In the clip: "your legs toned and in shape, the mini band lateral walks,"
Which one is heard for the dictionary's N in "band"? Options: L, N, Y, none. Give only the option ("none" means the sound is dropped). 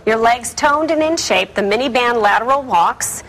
N